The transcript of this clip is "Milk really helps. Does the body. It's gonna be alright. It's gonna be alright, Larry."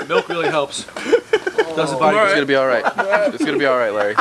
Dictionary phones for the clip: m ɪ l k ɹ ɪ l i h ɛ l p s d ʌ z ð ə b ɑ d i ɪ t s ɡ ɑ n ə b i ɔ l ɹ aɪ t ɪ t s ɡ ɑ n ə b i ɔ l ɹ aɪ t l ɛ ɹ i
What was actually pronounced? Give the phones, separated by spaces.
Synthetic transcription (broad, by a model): m ɪ l k ɹ ɪ l i h ɛ l p s d ʌ z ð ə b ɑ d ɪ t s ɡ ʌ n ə b i ɔ l ɹ aɪ t ɪ t s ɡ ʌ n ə b i ɔ l ɹ aɪ t l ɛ ɹ i